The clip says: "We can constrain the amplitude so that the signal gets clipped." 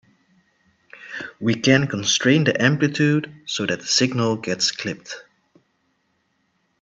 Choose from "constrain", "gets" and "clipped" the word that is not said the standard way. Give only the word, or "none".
none